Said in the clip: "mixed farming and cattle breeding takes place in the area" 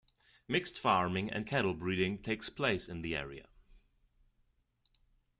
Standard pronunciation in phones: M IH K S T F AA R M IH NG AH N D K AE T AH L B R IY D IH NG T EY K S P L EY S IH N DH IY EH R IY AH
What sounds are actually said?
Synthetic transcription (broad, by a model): M IH K S T F AA R M IH NG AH N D K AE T L B R IY D IH NG T EY K S P L EY S IH N DH IY EH R IY AH